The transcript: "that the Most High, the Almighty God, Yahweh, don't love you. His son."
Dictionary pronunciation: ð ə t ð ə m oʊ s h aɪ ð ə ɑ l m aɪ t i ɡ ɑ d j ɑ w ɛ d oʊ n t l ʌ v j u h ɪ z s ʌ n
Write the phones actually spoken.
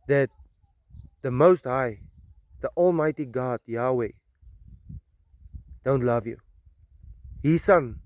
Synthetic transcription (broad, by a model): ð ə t ð ə m oʊ s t aɪ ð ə ɑ l m aɪ t i ɡ ɑ d j ɑ w ɛ d oʊ n t l ʌ v j u h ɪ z s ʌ n